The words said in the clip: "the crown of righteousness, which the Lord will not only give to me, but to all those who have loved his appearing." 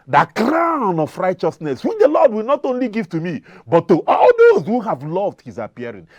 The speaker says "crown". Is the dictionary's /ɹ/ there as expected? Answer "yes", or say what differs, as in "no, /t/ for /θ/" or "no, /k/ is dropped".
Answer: yes